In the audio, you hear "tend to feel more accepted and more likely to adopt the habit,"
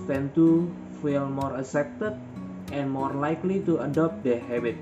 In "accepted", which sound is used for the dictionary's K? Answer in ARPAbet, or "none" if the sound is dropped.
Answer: none